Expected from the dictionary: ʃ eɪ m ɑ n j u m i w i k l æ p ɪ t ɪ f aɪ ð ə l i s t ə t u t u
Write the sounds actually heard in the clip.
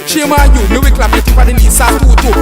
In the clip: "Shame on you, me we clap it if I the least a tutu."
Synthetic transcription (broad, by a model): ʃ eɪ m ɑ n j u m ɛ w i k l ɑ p ɪ t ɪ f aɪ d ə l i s ə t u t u